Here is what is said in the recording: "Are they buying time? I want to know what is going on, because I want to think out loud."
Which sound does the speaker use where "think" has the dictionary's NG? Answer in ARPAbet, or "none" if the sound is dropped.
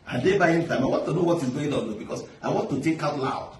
none